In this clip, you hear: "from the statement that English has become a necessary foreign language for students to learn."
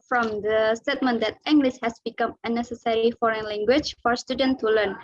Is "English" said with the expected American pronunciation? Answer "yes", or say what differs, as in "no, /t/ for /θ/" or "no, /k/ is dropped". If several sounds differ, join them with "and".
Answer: no, /s/ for /ʃ/